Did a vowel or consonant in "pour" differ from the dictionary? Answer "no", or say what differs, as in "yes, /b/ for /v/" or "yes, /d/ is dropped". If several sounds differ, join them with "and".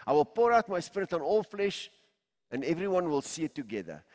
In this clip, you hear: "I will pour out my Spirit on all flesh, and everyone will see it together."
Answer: no